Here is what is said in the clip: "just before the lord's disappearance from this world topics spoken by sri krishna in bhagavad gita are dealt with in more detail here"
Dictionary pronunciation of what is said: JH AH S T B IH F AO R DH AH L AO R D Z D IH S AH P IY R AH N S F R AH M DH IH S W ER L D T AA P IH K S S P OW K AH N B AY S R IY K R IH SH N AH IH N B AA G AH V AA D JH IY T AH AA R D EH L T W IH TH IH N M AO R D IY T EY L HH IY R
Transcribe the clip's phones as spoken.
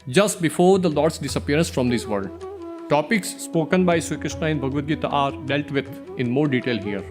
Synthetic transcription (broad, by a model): JH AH S T B IH F AO R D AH L AO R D S D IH S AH P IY R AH N S F R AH M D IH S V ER D T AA P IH K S S P OW K AH N B AY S IY K R IH SH N AH IH N B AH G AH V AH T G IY T AA R D EH L T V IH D IH N M AO R D IY T EY L HH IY R